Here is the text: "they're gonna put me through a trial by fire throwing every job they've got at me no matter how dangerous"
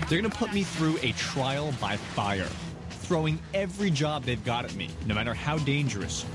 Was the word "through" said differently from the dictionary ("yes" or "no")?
no